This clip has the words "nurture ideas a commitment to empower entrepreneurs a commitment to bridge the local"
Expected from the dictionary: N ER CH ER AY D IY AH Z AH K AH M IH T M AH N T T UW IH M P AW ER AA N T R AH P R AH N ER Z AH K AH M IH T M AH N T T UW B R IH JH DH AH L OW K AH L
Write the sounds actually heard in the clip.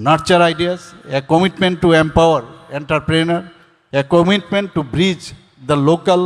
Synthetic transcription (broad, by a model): N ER CH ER AY D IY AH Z AH K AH M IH T M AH N T T UW IH M P AW ER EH N T R P R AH N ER AH K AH M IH T M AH N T T UW B R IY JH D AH L OW K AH L